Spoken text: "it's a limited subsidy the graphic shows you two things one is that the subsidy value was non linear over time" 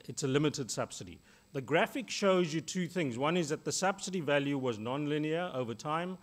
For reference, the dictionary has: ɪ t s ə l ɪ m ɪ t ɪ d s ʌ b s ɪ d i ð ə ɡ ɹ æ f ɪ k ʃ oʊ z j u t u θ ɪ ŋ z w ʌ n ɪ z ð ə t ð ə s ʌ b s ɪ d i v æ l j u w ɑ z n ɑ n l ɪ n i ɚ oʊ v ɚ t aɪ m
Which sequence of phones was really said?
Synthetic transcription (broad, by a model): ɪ t s ə l ɪ m ɪ t ɪ d s ʌ b s ɪ d i ð ə ɡ ɹ æ f ɪ k ʃ oʊ z j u t u θ ɪ ŋ z w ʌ n ɪ z ð ə t ð ə s ʌ b s ɪ d i v æ l j u w ɑ z n ɑ n l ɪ n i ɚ oʊ v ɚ t aɪ m